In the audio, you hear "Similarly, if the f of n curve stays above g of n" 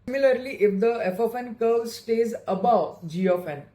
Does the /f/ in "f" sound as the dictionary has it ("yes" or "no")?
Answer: yes